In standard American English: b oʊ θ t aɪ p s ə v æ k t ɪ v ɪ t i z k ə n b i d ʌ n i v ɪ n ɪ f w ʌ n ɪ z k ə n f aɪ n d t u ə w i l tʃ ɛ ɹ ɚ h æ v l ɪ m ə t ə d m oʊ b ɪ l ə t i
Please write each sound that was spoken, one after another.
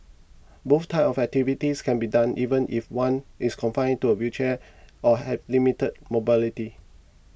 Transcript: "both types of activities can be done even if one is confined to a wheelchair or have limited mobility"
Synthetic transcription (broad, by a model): b oʊ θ t aɪ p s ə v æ k t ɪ v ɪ t i s k ə n b i d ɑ n i v ɪ n ɪ f w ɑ n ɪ s k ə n f aɪ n t u ə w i tʃ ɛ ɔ h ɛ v l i m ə t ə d m oʊ b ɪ l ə t i